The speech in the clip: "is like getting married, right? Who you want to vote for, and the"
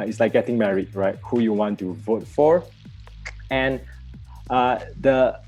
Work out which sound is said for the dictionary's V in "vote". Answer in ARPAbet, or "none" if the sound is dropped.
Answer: V